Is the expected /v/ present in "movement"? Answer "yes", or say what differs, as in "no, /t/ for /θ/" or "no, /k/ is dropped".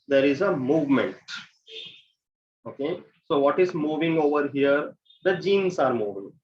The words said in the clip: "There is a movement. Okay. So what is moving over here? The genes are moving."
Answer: yes